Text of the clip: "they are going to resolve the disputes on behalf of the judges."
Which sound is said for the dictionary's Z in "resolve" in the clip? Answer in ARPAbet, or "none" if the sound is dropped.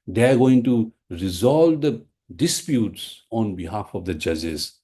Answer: Z